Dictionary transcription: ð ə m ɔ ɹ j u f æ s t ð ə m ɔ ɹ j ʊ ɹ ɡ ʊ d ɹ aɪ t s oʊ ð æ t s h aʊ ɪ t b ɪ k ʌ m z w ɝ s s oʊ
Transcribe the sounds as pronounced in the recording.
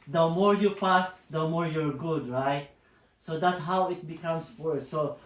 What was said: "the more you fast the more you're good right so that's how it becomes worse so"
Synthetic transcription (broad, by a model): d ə m ɔ ɹ j u p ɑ s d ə m ɔ ɹ j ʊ ɹ ɡ ʊ d ɹ aɪ t s oʊ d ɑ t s h aʊ ɪ t b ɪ k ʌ m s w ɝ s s oʊ